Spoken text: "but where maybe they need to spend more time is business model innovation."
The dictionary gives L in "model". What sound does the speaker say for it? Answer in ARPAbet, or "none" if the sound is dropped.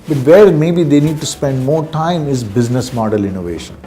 L